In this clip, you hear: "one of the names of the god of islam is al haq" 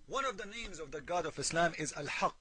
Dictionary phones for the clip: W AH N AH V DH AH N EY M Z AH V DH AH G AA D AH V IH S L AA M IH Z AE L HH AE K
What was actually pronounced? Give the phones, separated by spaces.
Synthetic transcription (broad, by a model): W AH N AH V DH AH N EY M Z AH V DH AH G AA D AH V IH S L AA M IH Z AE L HH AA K